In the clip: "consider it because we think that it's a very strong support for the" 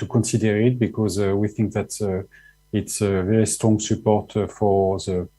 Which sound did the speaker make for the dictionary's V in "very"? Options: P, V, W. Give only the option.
V